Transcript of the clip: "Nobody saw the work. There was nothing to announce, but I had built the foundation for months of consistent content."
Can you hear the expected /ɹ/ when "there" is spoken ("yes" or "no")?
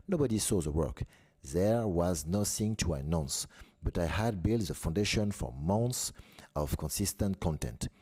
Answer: yes